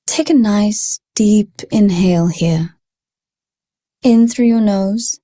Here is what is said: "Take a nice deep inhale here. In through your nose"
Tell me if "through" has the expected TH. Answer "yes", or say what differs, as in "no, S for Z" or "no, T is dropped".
yes